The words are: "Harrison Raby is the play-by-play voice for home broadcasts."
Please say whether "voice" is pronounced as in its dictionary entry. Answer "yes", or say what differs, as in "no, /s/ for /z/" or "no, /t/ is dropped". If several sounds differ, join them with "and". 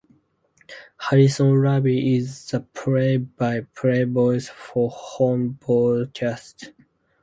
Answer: no, /b/ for /v/